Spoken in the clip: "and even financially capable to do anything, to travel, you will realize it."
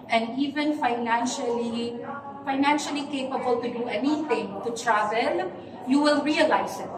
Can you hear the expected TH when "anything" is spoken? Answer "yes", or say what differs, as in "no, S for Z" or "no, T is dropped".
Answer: no, T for TH